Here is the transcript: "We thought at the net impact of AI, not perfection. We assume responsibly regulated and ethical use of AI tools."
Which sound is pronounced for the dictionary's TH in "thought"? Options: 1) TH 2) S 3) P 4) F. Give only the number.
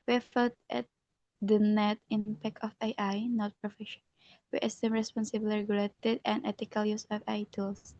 4